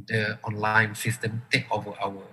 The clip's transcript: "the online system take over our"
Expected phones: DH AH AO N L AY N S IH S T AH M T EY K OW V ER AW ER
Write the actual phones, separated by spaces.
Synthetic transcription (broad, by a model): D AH AO N L AY N S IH S T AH M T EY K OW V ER AW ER